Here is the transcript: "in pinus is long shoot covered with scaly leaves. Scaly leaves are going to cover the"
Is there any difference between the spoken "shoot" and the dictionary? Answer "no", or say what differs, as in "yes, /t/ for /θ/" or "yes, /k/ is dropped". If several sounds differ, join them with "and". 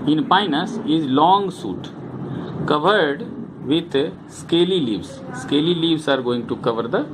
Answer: yes, /s/ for /ʃ/